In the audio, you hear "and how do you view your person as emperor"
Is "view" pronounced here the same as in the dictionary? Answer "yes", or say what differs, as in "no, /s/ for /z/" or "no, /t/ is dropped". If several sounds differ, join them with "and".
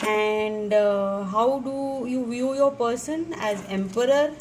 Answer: yes